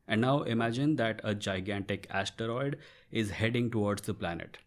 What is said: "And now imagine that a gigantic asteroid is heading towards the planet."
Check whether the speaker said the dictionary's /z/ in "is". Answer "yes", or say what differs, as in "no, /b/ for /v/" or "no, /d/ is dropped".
yes